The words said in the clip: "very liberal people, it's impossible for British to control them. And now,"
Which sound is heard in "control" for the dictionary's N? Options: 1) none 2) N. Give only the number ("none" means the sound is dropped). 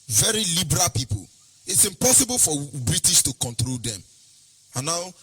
2